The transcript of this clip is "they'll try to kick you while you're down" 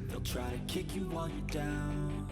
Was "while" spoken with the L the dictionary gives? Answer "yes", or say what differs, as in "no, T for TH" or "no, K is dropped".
no, N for L